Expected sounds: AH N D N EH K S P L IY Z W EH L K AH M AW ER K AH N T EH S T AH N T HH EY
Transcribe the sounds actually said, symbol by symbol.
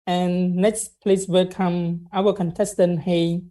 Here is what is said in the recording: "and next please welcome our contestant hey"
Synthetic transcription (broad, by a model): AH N N EH K S P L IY S W EH L K AH M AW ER K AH N T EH S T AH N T HH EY